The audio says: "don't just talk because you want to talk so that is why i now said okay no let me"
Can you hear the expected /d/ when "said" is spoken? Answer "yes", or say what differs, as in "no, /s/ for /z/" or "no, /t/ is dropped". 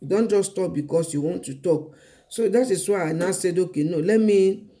yes